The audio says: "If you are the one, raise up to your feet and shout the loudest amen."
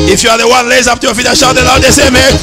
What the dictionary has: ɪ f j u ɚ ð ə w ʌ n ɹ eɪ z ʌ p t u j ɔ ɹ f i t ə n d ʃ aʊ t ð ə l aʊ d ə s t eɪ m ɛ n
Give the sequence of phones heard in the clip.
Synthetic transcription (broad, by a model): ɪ f j u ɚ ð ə w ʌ n l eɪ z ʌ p t u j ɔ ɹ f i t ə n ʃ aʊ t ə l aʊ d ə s eɪ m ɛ